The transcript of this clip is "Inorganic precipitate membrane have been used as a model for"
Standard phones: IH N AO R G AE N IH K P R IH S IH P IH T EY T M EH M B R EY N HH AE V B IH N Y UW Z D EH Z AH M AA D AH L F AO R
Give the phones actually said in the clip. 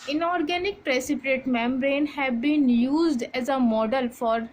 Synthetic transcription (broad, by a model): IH N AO R G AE N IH K P R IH S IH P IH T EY T M EH M B R EY N HH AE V B IH N Y UW Z D EH Z AH M AA D AH L F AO R